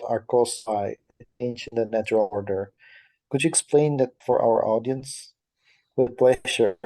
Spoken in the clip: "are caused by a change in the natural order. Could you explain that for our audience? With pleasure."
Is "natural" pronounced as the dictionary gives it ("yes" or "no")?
yes